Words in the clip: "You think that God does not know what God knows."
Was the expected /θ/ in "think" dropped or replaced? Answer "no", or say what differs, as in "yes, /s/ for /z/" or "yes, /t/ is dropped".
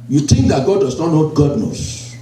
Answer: yes, /t/ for /θ/